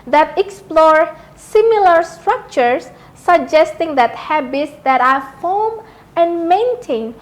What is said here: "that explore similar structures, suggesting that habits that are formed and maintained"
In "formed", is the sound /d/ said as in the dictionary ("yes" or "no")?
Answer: no